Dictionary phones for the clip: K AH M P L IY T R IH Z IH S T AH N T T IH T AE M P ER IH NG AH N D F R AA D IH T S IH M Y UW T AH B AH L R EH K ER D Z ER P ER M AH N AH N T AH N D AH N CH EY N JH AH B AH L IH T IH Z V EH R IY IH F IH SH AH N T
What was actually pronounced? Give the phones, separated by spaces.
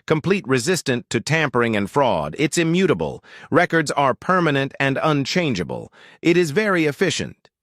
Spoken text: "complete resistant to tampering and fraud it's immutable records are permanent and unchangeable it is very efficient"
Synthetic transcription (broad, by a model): K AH M P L IY T R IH Z IH S T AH N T T IH T AE M P ER IH NG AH N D F R AA D IH T S IH M Y UW T AH B AH L R EH K ER D Z ER P ER M AH N AH N T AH N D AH N CH EY N JH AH B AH L IH T IH Z V EH R IY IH F IH SH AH N T